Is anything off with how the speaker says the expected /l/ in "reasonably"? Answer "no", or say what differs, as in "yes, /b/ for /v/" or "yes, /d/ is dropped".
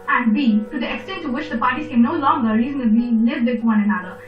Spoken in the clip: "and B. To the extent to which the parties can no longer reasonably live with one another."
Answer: yes, /l/ is dropped